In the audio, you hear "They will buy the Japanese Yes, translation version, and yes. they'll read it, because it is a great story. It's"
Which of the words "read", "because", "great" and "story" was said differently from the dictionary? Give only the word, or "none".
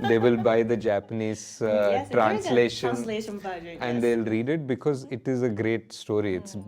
none